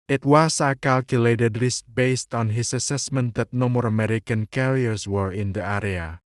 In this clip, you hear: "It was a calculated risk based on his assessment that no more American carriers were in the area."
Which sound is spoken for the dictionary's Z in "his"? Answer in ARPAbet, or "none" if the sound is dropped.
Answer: S